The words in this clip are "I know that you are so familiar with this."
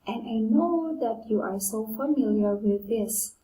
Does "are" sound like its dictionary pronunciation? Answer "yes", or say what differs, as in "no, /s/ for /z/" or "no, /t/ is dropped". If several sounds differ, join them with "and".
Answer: yes